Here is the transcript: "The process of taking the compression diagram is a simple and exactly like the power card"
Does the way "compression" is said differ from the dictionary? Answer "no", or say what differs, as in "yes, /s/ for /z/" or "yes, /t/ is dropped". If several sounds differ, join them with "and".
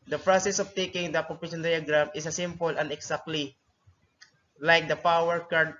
yes, /m/ is dropped and /ɹ/ is dropped